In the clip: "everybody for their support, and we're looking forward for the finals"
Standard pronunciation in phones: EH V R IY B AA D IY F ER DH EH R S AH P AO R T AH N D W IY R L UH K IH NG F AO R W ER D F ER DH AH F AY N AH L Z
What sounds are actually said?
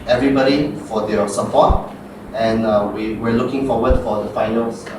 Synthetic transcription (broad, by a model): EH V R IY B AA D IY F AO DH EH S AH P AO T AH N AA W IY W L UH K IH NG F AO W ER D F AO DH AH F AY N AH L